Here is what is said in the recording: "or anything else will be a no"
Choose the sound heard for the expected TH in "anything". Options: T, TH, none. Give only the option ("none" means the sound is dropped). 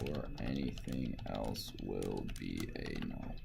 TH